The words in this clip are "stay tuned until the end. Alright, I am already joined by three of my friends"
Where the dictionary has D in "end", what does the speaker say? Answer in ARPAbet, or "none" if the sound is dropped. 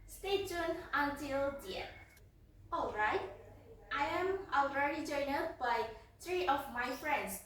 none